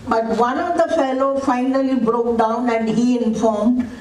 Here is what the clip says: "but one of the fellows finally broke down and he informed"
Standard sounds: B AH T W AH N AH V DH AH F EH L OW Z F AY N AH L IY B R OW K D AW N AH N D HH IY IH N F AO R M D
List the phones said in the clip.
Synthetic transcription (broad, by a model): B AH T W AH N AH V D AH F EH L OW F AY N AH L IY B R OW K D AW N AH N D HH IY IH N F AO R M D